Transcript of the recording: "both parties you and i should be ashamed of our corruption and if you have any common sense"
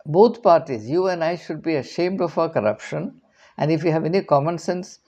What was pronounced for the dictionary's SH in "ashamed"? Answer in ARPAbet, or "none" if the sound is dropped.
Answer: SH